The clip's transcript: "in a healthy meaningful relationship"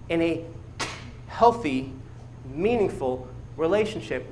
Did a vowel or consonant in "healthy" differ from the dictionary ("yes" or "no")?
no